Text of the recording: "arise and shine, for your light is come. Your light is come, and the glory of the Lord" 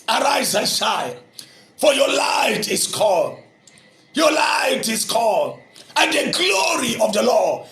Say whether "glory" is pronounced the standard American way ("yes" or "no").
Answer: yes